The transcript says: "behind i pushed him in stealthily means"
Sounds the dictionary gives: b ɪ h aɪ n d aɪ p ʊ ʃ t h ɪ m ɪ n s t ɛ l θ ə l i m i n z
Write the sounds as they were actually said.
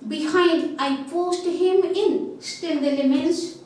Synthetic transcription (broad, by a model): b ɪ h aɪ n d aɪ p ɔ s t h ɪ m ɪ n s t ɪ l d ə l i m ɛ n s